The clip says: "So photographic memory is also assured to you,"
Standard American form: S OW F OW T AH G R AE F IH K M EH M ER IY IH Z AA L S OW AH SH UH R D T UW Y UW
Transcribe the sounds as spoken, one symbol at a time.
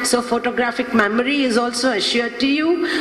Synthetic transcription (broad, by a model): S OW F OW T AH G R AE F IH K M EH M ER IY IH Z AA L S OW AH SH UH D T UW Y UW